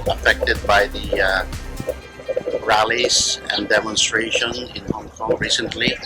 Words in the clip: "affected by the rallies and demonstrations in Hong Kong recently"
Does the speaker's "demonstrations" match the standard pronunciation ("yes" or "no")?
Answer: no